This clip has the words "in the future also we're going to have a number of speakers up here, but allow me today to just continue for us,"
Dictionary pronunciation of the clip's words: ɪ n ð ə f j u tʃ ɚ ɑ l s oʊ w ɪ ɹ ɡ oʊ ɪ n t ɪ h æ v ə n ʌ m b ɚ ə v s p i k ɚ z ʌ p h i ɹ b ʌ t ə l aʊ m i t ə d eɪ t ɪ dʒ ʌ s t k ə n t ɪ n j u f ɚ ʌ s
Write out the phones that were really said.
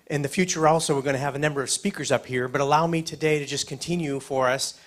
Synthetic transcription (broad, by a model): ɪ n ð ə f j u tʃ ɚ ɑ l s oʊ w ɪ ɹ ɡ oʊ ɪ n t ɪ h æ v ə n ʌ m b ɚ ə v s p i k ɚ z ʌ p h i ɹ b ʌ t ə l aʊ m i t ə d eɪ t ɪ dʒ ʌ s k ə n t ɪ n j u f ɚ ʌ s